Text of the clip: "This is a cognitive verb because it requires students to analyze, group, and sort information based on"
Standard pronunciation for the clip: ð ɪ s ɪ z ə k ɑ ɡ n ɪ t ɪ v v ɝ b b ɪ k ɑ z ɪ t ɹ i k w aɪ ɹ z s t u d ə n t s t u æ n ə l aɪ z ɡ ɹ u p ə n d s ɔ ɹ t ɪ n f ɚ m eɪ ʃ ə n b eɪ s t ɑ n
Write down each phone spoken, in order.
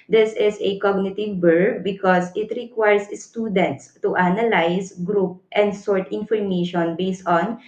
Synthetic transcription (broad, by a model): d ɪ s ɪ s ə k ɑ ɡ n ɪ t ɪ v b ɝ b b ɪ k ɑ s ɪ t ɹ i k w aɪ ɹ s s t u d ə n t s t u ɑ n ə l aɪ s ɡ ɹ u p ə n d s ɔ ɹ t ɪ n f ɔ m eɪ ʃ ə n b eɪ s t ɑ n